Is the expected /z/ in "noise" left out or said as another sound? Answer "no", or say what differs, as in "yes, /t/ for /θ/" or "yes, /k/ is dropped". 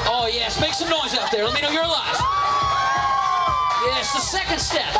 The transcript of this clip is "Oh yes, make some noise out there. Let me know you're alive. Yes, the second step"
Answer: no